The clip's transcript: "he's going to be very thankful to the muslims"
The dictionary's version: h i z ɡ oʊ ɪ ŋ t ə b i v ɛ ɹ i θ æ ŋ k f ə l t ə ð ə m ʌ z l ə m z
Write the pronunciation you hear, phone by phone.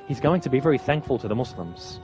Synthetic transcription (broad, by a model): h i z ɡ oʊ ɪ ŋ t ə b i v ɛ ɹ i θ æ ŋ k f ə l t ə ð ə m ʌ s l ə m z